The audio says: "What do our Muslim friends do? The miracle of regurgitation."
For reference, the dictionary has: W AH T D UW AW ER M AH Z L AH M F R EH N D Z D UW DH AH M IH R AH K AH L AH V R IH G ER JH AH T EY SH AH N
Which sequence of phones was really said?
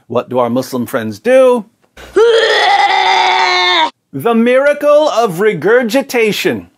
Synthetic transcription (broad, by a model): W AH T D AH AW ER M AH S L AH M F R EH N D Z D UW DH AH M IH R AH K AH L AH V R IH G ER JH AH T EY SH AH N